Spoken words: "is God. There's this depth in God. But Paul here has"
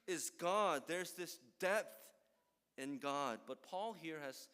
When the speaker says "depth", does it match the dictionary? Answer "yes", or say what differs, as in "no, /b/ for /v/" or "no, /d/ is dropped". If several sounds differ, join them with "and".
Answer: yes